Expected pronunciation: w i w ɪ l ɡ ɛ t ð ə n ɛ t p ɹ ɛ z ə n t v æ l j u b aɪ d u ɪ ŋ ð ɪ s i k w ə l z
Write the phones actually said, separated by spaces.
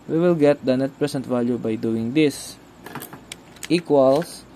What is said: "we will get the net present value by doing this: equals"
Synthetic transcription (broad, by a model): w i w ɪ l ɡ ɛ t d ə n ɛ t p ɹ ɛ s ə n t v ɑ l j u b aɪ d u ɪ ŋ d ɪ s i k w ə l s